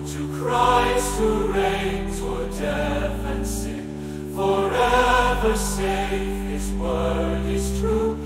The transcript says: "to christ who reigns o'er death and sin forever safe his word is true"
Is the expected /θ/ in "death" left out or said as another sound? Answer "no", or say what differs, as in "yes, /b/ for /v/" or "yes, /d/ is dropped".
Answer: yes, /f/ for /θ/